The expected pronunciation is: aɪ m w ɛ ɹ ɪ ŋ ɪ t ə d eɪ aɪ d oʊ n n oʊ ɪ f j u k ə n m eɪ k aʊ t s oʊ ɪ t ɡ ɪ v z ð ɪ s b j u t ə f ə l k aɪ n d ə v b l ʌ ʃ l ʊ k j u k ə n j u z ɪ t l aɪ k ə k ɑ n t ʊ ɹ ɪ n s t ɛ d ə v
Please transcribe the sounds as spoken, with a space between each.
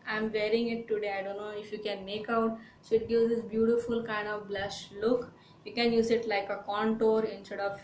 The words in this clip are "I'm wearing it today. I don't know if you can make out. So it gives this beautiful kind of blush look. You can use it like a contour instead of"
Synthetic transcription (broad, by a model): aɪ m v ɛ ɹ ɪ ŋ ɪ t ə d eɪ aɪ d oʊ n n oʊ ɪ f j u k ə n m eɪ k aʊ t s oʊ ɪ t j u z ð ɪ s b j u t ə f ə l k aɪ n d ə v b l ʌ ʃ l ʊ k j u k ə n j u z ɪ t l aɪ k ə k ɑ n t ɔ ɹ ɪ n s t ɛ d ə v